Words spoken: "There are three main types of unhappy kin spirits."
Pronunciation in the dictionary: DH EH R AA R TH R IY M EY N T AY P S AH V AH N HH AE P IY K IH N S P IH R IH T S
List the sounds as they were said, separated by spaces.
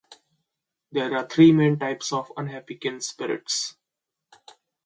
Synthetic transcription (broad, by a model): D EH R AA R T R IY M EY N T AY P S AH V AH N HH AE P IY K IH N S P IH R IH T S